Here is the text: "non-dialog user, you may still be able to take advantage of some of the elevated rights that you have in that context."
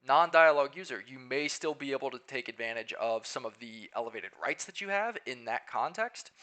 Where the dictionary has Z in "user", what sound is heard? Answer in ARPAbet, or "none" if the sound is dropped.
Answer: Z